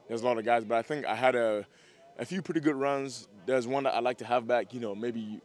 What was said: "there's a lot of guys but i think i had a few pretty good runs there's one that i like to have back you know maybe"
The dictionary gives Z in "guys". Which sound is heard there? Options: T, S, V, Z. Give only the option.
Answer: Z